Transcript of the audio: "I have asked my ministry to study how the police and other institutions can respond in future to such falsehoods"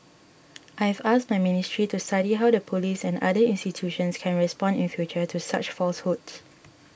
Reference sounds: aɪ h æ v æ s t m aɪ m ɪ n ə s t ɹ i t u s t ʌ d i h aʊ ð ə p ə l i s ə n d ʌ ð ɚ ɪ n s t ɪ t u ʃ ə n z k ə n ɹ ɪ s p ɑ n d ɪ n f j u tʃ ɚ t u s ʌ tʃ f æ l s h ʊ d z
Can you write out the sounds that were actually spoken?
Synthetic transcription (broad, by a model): aɪ h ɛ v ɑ s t m aɪ m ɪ n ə s t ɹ i t u s t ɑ d i h aʊ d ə p ə l i s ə n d ʌ i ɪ n s t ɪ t u ʃ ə n s k ə n ɹ ɪ s p ɑ n d ɪ n f j u tʃ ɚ t u s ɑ tʃ f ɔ l s h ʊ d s